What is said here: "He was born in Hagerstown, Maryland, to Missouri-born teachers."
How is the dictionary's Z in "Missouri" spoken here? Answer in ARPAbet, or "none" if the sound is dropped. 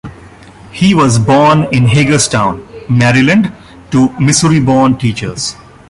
S